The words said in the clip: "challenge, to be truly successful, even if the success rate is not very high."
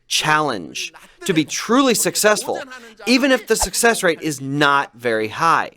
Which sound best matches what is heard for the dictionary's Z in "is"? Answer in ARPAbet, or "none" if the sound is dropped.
Z